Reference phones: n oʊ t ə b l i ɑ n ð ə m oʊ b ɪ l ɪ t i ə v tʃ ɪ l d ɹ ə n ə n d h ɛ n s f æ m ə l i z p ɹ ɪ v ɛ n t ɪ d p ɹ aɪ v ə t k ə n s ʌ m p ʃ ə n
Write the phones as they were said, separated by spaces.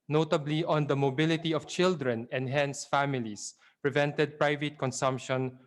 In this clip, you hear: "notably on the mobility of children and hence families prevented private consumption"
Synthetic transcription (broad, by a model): n oʊ t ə b l i ɑ n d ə m oʊ b ɪ l ɪ t i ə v tʃ ɪ l d ɹ ə n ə n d h ɛ n s f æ m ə l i s p ɹ ɪ v ɛ n t ɪ d p ɹ aɪ v ə t k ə n s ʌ m p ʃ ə n